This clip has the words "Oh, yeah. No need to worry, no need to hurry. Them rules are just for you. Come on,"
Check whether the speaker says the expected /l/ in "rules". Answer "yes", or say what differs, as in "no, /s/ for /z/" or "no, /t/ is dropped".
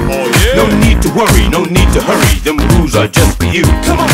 no, /l/ is dropped